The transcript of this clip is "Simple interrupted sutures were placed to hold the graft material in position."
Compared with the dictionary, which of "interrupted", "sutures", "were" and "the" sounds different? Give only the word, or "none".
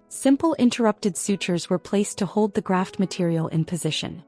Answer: none